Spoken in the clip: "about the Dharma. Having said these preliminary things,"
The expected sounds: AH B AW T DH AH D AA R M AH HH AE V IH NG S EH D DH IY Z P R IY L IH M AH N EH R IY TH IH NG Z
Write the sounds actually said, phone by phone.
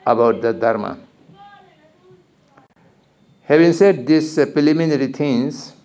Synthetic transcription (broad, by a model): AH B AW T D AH D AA R M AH HH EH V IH NG S EH D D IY S P R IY L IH M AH N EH R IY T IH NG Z